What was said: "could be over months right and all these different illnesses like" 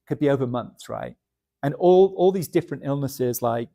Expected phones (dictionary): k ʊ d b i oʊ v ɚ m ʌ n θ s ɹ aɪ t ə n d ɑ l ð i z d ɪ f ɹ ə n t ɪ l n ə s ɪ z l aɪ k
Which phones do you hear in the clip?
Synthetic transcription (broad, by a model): k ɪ d b i oʊ v ɚ m ʌ n θ s ɹ aɪ t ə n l ɑ l ð i z d ɪ f ɹ ə n t ɪ l n ə s ɪ z l aɪ k